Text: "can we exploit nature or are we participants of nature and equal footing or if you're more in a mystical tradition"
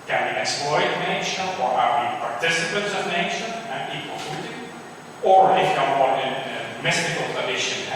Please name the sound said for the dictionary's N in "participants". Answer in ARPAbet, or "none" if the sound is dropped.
none